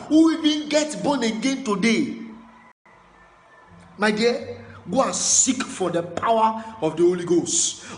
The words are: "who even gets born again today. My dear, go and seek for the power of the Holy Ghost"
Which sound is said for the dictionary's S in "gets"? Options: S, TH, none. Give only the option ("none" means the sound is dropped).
none